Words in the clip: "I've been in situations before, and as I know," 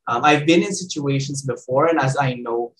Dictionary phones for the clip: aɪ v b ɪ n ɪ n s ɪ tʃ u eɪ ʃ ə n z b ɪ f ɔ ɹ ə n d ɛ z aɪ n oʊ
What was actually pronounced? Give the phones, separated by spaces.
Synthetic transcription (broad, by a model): aɪ v b ɪ n ɪ n s ɪ tʃ u eɪ ʃ ə n z b ɪ f ɔ ɹ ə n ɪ z aɪ n oʊ